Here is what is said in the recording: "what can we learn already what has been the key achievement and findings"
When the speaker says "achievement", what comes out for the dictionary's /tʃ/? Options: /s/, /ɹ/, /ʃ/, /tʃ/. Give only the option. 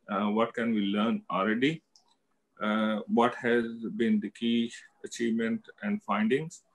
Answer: /tʃ/